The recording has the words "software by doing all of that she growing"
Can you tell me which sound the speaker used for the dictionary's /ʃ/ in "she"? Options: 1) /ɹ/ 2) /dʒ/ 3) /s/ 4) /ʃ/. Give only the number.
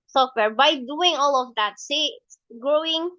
3